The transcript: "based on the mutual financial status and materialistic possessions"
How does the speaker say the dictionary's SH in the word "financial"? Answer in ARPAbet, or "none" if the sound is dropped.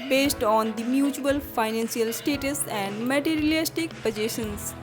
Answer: S